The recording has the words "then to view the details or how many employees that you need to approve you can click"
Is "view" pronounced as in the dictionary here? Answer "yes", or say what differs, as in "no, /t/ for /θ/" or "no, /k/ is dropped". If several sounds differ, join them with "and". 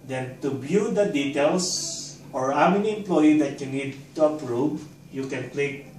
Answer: no, /b/ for /v/